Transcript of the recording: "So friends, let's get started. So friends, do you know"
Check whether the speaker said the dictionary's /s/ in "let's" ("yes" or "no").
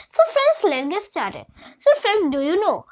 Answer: no